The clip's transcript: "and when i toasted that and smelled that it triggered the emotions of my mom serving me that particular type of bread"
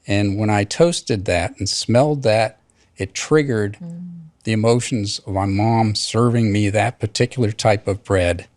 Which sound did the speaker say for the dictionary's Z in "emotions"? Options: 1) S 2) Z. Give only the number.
2